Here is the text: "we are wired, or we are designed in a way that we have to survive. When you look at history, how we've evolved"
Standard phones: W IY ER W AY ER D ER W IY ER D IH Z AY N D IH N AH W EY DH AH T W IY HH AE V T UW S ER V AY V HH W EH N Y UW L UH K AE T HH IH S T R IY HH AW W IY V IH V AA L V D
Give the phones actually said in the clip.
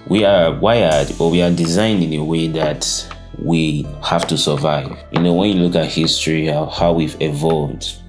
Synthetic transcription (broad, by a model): W IY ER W AY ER D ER W IY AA D IH Z AY N D IH N AH W EY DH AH T W IY HH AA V T UW S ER V AY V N W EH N Y UW L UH K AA T HH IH S T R IY HH AW W IY V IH V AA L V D